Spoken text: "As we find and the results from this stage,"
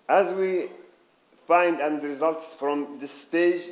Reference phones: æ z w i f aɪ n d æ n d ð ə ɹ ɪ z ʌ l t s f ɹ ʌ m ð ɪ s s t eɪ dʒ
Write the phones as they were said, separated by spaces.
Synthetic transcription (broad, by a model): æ z w i f aɪ n d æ n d ɹ ɪ z ʌ l t s f ɹ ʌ m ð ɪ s s t eɪ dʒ